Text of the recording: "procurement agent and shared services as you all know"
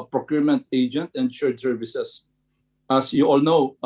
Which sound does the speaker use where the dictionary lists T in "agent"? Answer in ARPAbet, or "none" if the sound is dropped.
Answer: T